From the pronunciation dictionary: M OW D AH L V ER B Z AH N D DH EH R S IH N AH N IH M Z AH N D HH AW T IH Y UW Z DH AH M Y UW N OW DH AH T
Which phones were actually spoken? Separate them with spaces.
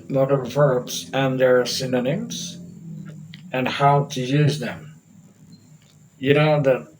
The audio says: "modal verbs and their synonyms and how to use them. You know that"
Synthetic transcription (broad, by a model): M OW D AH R V ER B Z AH N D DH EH R S IH N AH N IH M Z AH N HH AW T IH Y UW Z DH AH M Y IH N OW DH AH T